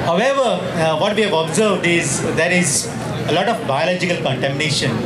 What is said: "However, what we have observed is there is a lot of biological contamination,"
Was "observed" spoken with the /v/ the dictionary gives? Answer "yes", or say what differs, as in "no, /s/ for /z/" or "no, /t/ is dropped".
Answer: yes